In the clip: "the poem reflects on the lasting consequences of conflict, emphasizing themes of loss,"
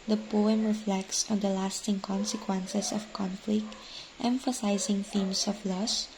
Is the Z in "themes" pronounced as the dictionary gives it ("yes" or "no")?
no